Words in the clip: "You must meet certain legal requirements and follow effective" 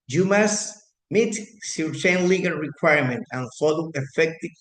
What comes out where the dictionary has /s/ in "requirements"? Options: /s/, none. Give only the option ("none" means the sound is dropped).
none